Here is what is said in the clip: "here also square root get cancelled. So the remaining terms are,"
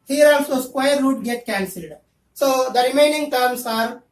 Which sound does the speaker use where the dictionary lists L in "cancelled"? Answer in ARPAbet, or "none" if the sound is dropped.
L